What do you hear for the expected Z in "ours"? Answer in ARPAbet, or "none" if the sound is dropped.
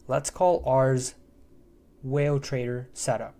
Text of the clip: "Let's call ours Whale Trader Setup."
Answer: Z